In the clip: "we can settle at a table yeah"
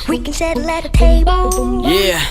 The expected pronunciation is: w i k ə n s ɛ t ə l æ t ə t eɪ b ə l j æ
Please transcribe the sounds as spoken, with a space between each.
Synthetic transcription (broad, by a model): w i k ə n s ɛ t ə l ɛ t ə t eɪ ə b j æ